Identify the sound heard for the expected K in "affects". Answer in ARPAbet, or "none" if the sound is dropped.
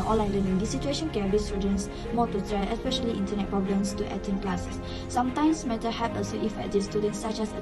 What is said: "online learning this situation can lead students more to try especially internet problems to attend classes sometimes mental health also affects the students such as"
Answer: none